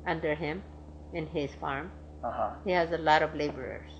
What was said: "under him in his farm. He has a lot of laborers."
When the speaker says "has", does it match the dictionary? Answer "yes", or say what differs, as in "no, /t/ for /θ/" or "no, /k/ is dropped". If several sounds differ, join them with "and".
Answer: yes